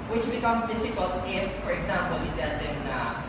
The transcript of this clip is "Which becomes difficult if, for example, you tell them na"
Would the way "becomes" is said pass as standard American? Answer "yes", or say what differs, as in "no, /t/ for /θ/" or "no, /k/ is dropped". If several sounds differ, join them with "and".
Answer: no, /s/ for /z/